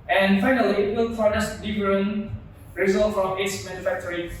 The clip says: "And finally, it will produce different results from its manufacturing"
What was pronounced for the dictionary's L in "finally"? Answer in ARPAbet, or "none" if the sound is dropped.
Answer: L